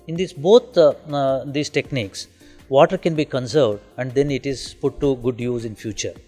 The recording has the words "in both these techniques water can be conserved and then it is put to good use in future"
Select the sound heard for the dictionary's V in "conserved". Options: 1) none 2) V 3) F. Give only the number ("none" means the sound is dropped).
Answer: 2